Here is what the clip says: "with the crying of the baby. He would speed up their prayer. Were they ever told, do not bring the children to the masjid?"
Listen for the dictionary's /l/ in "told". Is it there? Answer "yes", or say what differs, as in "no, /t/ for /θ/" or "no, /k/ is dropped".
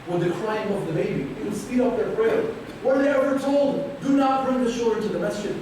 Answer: yes